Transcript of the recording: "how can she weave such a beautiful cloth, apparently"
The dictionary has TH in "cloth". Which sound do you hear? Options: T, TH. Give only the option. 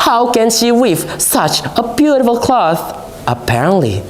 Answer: TH